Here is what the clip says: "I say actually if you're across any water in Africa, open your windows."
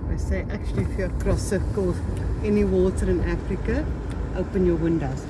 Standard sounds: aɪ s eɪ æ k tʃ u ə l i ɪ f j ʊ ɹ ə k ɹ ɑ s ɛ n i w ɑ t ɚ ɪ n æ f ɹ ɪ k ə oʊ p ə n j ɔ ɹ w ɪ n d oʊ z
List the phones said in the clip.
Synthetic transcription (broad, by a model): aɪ s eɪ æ k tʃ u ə l i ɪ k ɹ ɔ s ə k ɑ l ɛ n i w ɑ t ɚ ɪ n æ f ɹ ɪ k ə oʊ p ə n j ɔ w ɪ n d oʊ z